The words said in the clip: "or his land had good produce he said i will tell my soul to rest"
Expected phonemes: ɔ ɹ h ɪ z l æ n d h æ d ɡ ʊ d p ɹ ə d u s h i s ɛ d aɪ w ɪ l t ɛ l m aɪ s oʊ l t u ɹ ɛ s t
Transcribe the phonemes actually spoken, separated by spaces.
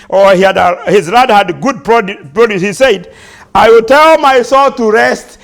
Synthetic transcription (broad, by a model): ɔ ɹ h ɪ z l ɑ d h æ d ɡ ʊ d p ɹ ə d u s h i s ɛ d aɪ w ɪ l t ɛ l m aɪ s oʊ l t u ɹ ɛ s t